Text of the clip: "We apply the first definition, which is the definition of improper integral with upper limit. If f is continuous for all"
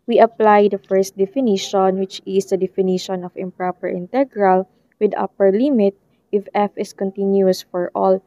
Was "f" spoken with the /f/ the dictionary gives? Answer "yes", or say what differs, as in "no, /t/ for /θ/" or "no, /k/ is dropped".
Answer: yes